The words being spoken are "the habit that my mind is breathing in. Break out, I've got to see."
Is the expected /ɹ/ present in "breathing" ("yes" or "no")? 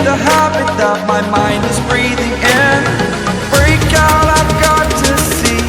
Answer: yes